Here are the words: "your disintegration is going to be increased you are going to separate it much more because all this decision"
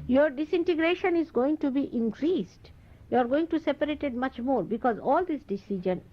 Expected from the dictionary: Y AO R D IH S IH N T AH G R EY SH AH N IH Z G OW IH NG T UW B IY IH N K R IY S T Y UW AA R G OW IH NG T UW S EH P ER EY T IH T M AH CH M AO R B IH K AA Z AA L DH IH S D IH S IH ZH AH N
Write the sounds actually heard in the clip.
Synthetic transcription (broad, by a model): Y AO R D IH S IH N T AH G R EY SH AH N IH Z G OW IH NG T UW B IY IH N K R IY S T Y UW AA R G OW IH NG T UW S EH P ER EY T IH T M AH CH M AO R B IH K AA Z AA L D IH S D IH S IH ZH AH N